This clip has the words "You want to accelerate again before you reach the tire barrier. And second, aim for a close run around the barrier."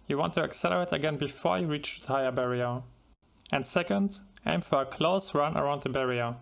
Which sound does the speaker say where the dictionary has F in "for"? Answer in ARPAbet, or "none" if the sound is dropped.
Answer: F